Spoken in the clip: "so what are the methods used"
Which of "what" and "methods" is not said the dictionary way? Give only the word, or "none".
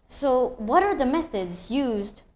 none